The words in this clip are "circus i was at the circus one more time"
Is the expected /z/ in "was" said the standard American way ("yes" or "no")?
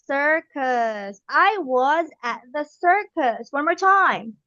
yes